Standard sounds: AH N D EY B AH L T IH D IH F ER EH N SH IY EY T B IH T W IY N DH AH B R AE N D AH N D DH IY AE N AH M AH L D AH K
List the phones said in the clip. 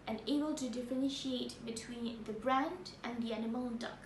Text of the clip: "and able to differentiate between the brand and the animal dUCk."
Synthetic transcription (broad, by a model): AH N EY B AH L T IH D IH F ER EH N SH IY EY T B IH T W IY N DH AH B R AE N D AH N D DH IY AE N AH M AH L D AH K